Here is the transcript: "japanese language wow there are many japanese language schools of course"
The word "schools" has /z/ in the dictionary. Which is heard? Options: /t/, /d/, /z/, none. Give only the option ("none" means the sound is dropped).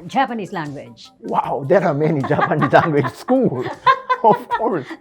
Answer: none